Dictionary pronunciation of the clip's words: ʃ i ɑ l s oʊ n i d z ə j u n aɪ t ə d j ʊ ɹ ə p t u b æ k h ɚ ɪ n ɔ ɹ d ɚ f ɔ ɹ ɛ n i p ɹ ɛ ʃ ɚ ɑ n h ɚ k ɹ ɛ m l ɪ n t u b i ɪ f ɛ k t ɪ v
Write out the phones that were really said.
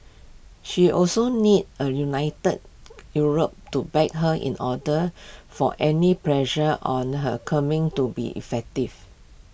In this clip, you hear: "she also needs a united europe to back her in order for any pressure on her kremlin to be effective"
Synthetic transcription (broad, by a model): ʃ i ɑ l s oʊ n i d ə j u n aɪ t ə d j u ɹ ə p t u b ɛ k h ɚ ɪ n ɔ d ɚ f ɔ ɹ ɛ n i p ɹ ɛ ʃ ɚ ɑ n h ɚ k ɑ m ɪ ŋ t u b i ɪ f ɛ k t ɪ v